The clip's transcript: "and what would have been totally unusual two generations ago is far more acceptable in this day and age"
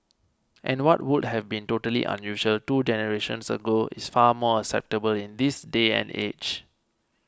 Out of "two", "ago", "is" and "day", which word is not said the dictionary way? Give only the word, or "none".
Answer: is